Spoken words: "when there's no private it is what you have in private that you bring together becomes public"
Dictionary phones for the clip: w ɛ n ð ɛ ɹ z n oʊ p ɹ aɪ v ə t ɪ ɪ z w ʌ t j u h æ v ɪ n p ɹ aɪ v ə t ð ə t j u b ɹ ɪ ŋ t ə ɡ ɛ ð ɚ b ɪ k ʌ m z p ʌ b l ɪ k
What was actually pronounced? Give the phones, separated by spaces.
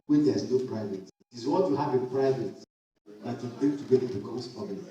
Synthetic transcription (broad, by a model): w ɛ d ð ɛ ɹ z n oʊ p ɹ aɪ v ə t ɪ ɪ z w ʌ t j u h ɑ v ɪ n p ɹ aɪ v ə t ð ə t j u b ɪ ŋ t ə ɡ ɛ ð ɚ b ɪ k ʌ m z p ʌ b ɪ